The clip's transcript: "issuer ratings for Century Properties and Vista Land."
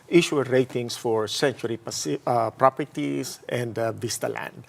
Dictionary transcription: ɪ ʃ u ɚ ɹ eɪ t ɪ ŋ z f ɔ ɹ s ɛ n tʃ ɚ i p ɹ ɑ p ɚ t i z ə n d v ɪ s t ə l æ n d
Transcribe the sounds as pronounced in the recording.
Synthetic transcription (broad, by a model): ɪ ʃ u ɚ ɹ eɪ t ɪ ŋ s f ɔ ɹ s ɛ n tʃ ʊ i p ɹ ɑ p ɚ t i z ə n d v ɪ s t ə l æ n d